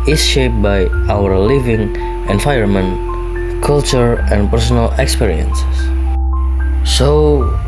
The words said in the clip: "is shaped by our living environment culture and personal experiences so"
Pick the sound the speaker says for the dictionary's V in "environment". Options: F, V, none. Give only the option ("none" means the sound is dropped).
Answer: F